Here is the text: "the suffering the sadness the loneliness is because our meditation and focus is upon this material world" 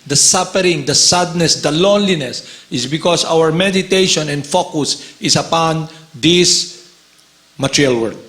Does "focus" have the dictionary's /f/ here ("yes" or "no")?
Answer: yes